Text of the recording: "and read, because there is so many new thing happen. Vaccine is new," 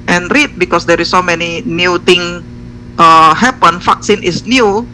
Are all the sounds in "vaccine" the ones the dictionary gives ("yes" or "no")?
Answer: no